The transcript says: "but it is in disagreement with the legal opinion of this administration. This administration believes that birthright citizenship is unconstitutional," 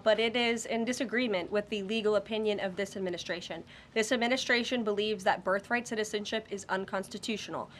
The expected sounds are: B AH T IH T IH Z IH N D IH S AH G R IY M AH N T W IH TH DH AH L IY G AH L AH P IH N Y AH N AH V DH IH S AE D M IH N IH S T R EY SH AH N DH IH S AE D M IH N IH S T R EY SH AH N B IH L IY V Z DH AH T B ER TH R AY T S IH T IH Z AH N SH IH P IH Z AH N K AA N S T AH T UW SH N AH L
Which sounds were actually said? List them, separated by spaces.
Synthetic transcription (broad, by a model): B AH T IH T IH Z IH N D IH S AH G R IY M AH N T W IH DH AH L IY G L AH P IH N Y AH N AH V DH IH S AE D M IH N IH S T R EY SH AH N DH IH S AE D M IH N IH S T R EY SH AH N B IH L IY V Z DH AH T B ER TH R AY T S IH T IH Z AH N SH IH P IH Z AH N K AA N S T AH T UW SH N L